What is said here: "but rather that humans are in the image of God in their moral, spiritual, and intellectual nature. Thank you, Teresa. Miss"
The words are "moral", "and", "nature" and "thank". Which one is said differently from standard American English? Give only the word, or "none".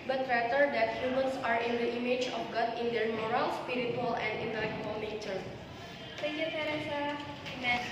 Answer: thank